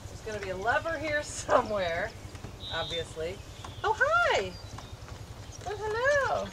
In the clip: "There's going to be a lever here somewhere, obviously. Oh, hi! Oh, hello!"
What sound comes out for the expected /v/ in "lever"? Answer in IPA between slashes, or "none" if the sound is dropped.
/v/